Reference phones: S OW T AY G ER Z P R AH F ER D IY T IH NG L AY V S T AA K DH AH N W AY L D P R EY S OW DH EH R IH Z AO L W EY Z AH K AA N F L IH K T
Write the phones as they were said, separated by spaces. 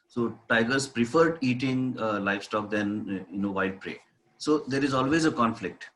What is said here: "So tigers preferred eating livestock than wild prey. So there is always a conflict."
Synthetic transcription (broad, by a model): S OW T AY G ER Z P R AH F ER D IY T IH NG L AY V S T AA K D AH N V AY L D P R EY S OW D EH R IH Z AO L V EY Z AH K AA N F L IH K T